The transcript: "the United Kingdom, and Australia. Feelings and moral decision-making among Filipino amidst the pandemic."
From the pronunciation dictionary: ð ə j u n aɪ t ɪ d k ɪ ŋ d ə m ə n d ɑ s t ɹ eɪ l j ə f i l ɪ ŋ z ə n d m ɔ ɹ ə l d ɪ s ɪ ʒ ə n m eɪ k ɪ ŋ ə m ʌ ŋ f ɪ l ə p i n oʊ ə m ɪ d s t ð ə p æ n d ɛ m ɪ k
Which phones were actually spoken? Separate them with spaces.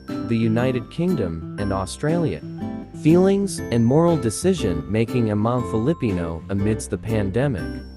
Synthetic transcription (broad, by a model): ð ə j u n aɪ t ɪ d k ɪ ŋ d ə m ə n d ɑ s t ɹ eɪ l j ə f i l ɪ ŋ z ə n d m ɔ ɹ l d ɪ s ɪ ʒ ə n m eɪ k ɪ ŋ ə m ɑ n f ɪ l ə p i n oʊ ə m ɪ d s ð ə p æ n d ɛ m ɪ k